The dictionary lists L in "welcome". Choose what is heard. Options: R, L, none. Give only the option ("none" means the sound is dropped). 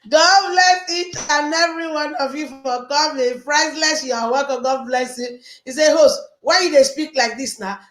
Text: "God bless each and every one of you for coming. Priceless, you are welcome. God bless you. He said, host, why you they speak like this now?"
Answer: none